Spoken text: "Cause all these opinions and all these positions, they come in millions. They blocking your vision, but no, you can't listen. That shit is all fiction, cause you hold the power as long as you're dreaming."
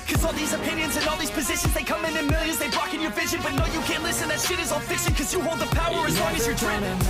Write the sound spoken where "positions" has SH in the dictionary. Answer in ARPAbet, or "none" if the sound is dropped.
SH